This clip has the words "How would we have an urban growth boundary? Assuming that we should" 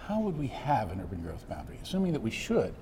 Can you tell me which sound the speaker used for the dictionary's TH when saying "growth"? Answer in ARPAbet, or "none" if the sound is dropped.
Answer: TH